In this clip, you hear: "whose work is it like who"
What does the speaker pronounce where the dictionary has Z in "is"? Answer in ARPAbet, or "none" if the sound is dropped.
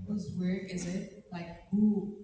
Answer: Z